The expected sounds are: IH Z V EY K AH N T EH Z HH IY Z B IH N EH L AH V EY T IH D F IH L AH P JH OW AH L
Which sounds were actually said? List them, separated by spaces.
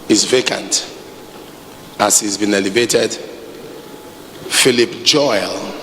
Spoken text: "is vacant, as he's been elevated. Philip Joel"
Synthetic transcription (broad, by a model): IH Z V EY K AH N T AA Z HH IY Z B IH N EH L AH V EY T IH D F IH L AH P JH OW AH L